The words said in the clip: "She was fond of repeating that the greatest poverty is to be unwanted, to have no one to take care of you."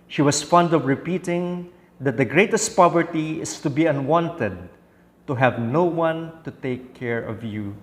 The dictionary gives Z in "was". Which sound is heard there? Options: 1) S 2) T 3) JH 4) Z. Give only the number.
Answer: 1